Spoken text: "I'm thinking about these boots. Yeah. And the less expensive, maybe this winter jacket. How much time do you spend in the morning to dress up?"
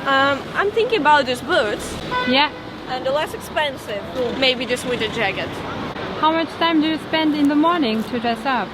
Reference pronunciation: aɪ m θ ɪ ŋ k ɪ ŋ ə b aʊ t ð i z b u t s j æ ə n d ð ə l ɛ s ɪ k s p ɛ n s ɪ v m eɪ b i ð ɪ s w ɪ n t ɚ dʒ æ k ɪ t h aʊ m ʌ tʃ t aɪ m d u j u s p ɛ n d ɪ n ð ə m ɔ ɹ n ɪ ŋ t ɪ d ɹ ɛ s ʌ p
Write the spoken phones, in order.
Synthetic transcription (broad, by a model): aɪ m θ ɪ ŋ k ɪ ŋ ə b aʊ t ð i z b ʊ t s j æ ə n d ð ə l ɛ s ɪ k s p ɛ n s ɪ v m eɪ b i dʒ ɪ s w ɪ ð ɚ dʒ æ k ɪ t h aʊ m ʌ tʃ t aɪ m d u j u s p ɛ n d ɪ n ð ə m ɔ ɹ n ɪ ŋ t ɪ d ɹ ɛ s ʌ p